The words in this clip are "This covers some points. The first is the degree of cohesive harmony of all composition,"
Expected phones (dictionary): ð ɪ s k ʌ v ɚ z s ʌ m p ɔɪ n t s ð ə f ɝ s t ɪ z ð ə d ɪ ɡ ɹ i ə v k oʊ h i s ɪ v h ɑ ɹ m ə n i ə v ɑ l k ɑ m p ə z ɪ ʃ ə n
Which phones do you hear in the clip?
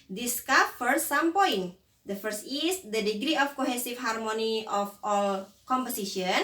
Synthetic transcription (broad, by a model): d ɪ s k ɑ f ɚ s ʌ m p ɔɪ n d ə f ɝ s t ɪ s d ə d ɪ ɡ ɹ i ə f k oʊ h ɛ s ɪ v h ɑ ɹ m ə n i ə f ɑ l k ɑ m p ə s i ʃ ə n